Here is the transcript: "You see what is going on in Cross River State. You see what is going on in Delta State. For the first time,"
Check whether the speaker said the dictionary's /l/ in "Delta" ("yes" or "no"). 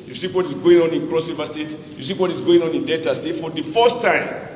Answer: no